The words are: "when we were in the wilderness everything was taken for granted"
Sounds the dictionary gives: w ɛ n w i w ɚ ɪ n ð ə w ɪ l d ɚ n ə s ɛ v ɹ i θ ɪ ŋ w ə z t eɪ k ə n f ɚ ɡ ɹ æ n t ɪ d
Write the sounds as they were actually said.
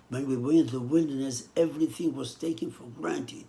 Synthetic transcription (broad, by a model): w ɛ n w i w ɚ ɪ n ð ə w ɪ l d ɚ n ə s ɛ v ɹ i θ ɪ ŋ w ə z t eɪ k ə n f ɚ ɡ ɹ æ n t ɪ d